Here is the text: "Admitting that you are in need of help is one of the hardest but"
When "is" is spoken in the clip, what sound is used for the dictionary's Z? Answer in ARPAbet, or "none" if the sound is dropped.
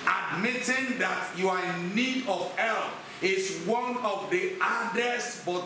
S